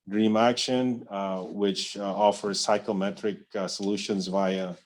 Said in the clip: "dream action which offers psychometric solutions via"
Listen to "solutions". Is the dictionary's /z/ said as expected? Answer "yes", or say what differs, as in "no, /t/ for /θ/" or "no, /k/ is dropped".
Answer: yes